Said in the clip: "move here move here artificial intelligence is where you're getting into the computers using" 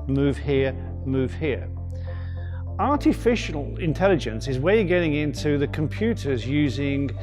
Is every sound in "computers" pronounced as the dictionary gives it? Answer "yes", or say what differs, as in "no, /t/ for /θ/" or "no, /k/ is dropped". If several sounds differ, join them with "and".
yes